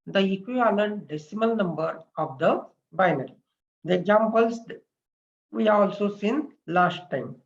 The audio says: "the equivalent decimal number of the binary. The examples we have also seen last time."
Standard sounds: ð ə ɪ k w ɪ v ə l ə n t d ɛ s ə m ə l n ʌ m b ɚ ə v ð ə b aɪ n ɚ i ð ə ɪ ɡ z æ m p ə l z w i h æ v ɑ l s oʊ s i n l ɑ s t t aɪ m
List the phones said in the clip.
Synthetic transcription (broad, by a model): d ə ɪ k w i ə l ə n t d ɛ s ə m ə l n ʌ m b ɚ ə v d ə b aɪ n ɚ i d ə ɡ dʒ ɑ m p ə l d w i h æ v ɑ l s oʊ s i n l ɑ s t t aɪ m